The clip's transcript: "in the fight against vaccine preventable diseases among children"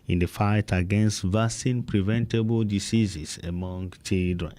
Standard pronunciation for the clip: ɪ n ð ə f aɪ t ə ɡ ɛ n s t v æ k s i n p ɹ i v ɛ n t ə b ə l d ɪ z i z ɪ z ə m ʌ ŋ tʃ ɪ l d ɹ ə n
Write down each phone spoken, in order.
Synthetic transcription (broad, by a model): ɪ n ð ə f aɪ t ə ɡ ɛ n s t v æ s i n p ɹ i v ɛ n t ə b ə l d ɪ s i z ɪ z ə m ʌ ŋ tʃ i l d ɹ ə n